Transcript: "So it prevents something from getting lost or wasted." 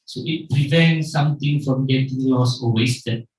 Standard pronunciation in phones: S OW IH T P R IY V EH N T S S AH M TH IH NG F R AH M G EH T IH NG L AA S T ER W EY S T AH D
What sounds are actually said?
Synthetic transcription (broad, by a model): S OW IH T P R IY V EH N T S S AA M T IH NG F R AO M G EH T IH NG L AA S AO W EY S T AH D